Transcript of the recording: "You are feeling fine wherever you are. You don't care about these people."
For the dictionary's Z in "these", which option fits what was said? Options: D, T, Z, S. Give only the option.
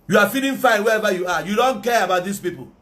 S